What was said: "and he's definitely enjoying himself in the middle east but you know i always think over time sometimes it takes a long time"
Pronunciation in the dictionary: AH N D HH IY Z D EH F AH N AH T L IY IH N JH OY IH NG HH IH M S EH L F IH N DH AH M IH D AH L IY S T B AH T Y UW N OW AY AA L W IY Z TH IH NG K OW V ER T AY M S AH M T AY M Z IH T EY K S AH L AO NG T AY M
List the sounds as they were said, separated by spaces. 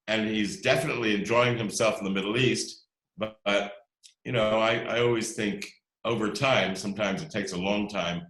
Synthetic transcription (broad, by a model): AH N IY Z D EH F AH N AH T L IY IH N JH OY IH NG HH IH M S EH L F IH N DH AH M IH D L IY S T B AH T Y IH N OW AY AA L W IY Z TH IH NG K OW V ER T AY M S AH M T AY M Z IH T EY K S AH L AO NG T AY M